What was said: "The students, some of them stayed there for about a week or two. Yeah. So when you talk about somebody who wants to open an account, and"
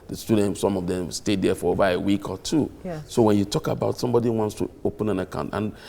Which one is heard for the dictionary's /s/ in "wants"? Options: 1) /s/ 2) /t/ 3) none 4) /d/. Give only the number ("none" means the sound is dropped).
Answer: 1